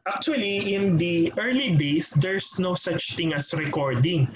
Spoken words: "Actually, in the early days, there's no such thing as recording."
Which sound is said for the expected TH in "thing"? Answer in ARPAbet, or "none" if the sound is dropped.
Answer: T